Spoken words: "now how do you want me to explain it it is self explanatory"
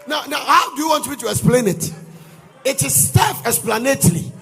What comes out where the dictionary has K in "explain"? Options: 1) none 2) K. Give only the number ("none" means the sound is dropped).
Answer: 2